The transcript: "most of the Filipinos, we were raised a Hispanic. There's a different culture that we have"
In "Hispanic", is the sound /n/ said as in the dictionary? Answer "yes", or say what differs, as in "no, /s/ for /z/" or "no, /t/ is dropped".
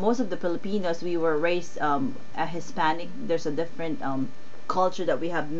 yes